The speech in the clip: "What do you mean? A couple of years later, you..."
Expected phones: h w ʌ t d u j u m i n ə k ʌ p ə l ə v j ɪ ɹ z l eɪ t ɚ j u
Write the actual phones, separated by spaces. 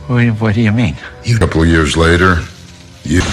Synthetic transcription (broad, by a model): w w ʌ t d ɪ j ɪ m i n ə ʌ p l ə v j ɪ ɹ z l eɪ t ɚ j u